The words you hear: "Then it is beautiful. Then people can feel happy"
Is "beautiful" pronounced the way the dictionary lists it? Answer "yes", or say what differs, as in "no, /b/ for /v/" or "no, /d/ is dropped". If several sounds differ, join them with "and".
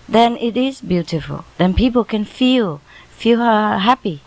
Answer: yes